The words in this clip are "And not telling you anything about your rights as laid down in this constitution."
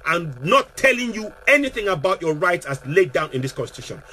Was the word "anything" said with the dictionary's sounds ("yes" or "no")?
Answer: yes